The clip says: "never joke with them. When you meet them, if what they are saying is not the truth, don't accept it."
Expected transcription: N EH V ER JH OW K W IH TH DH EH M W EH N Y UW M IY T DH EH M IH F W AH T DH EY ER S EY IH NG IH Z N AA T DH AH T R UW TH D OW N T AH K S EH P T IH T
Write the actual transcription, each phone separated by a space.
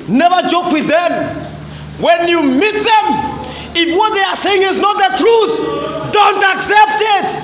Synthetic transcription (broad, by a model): N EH V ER JH OW K W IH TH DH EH M W EH N Y UW M IY T DH EH M IH F W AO T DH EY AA S EY IH NG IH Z N AA T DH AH T R UW TH D OW N T AH K S EH P T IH T